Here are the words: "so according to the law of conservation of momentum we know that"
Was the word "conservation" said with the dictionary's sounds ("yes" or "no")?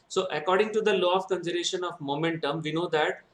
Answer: no